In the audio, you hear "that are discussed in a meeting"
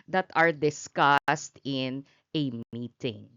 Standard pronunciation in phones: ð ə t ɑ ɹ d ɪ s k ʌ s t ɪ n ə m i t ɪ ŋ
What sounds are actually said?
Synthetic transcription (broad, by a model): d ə t ɑ ɹ d ɪ s k ʌ s t ɪ n ə m i t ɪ ŋ